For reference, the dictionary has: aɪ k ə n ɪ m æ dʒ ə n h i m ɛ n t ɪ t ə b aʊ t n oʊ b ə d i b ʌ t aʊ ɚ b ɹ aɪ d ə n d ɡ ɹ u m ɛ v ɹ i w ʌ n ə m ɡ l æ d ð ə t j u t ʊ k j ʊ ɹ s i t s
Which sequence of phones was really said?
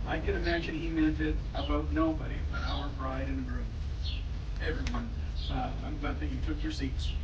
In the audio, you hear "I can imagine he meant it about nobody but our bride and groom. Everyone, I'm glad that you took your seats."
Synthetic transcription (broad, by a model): aɪ k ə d ɪ m æ dʒ ə n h i m ɛ n t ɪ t ə b aʊ t n oʊ b ə d i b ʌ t aʊ ɚ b ɹ aɪ d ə n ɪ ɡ ɹ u ɛ v ɹ i w ʌ n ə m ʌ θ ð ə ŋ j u t ʊ k j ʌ ɹ s i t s